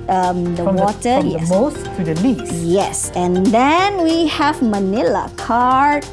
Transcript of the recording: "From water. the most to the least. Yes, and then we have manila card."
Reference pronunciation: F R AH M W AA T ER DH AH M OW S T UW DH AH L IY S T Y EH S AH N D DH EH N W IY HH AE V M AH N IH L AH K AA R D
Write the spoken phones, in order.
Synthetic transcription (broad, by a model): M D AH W AA T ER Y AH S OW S T UW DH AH L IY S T Y EH S AH N D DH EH N W IY HH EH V M AH N IH L AH K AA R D